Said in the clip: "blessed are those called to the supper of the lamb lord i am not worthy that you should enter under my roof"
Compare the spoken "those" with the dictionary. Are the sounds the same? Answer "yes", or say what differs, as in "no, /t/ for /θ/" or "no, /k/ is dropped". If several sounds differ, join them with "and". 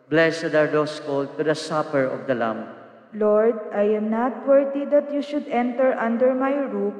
no, /s/ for /z/